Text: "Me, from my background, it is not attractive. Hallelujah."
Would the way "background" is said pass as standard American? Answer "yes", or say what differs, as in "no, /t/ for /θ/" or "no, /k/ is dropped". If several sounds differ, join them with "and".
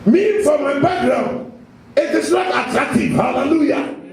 no, /d/ is dropped